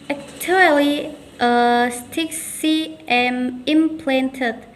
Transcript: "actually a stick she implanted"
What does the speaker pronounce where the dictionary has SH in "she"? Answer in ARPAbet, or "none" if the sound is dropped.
S